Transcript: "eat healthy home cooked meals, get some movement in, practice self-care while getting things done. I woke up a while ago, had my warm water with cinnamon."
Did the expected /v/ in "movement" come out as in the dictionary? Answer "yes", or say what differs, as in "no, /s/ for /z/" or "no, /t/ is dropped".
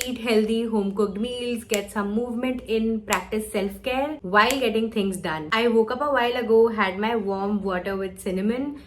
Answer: yes